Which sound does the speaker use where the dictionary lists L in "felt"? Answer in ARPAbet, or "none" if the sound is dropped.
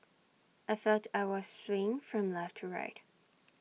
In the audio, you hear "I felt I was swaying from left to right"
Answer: none